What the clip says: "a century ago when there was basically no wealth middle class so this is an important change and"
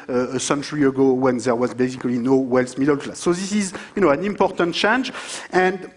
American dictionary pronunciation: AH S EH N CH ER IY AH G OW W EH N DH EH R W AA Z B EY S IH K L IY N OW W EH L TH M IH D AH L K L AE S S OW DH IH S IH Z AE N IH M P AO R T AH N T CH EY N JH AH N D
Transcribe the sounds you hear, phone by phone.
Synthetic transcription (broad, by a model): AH S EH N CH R IY AH G OW W EH N DH EH R W AA Z B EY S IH K L IY N OW W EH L S M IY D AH L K L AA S S OW DH IH S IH Z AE N IH M P AO R T AH N T CH EY N JH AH N D